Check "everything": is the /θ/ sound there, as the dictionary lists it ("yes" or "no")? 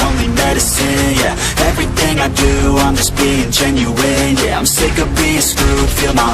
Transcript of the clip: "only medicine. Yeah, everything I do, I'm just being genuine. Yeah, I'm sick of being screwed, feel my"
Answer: yes